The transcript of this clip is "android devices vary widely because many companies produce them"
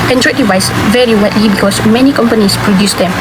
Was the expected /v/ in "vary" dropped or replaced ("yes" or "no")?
no